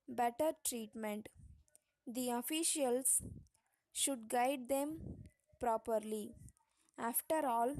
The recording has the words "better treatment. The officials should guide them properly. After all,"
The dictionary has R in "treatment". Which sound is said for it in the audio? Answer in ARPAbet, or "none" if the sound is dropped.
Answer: R